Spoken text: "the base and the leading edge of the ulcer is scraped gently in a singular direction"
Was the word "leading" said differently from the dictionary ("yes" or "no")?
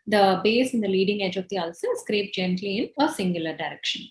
no